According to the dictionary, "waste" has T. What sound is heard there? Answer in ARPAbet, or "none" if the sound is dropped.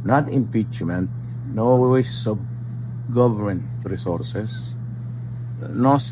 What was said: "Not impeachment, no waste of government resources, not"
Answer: none